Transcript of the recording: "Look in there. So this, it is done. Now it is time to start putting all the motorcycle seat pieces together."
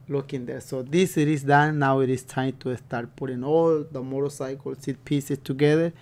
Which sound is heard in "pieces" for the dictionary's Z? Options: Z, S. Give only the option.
S